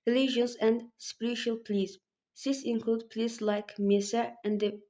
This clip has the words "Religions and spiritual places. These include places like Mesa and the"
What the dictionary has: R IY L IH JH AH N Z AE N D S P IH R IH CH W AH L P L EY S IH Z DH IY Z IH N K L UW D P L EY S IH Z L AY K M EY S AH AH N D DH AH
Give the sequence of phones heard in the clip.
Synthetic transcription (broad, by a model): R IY L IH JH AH N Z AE N D S P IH R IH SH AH L P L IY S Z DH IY S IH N K L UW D P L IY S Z L AY K M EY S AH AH N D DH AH